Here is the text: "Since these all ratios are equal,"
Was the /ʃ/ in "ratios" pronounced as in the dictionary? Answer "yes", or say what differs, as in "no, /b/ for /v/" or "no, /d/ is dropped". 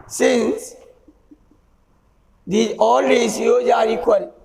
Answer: no, /s/ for /ʃ/